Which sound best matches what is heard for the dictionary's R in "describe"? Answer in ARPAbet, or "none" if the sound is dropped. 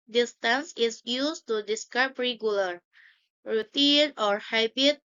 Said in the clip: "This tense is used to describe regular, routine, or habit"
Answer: none